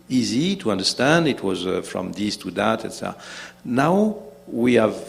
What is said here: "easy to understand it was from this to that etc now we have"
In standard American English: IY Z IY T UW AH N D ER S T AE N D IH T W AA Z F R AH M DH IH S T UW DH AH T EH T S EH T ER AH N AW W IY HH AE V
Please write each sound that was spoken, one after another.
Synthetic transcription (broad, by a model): IY Z IY T UW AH N D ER S T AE N D IH T W AA Z F R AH M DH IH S T UW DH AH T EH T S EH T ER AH N AW W IY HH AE V